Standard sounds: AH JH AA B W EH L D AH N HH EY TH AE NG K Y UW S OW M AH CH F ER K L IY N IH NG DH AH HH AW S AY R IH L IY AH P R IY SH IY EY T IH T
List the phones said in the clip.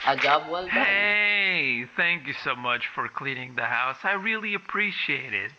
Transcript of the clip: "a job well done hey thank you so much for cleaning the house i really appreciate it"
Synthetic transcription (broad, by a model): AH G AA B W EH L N HH EY TH AE NG K Y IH S OW M AH CH F ER K L IY N IH NG DH AH HH AW S AY R IH L IY AH P R IY SH IY EY T IH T